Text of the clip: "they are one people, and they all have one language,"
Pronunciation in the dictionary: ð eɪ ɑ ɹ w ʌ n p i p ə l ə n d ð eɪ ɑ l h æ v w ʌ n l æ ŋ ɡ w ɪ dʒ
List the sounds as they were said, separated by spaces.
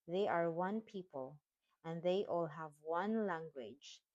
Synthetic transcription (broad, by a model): ð eɪ ɑ ɹ w ʌ n p i p ə l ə n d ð eɪ ɑ l h æ v w ʌ n l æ ŋ ɡ w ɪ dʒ